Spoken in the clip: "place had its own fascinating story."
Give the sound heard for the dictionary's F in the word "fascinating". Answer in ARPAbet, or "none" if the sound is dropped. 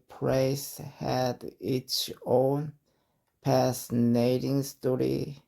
P